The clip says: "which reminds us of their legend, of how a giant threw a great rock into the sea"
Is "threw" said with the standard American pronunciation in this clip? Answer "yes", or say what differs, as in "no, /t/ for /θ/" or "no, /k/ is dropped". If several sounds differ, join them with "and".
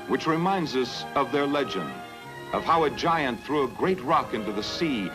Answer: yes